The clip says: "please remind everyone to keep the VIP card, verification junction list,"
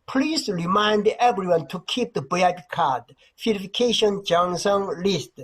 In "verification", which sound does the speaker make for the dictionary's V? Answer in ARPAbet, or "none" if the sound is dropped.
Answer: F